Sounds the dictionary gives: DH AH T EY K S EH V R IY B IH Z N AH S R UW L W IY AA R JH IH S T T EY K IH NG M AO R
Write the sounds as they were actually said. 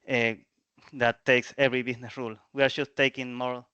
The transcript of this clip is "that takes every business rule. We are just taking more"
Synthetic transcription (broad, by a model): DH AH T EY K S EH V R IY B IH S N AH S R UW L W IY AA R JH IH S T T EY K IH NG M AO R